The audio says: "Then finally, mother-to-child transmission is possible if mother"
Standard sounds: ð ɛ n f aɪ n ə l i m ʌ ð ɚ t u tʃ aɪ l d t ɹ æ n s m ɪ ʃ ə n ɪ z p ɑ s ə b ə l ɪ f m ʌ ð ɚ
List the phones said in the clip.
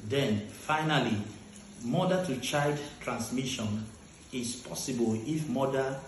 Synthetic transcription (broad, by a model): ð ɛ n f aɪ n ə l i m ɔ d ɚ t u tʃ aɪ d t ɹ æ n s m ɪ ʃ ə n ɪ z p ɑ s ə b ə l ɪ f m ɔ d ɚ